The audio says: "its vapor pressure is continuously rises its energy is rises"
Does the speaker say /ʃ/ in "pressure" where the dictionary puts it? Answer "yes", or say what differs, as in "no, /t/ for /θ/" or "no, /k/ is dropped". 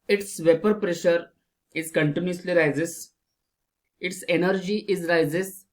yes